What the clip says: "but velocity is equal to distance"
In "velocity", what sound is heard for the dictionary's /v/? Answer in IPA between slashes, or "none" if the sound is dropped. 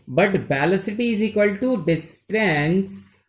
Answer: /b/